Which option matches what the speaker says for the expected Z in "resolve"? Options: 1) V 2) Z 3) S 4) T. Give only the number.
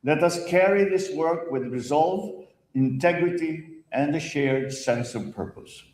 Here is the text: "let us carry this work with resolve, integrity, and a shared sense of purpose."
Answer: 2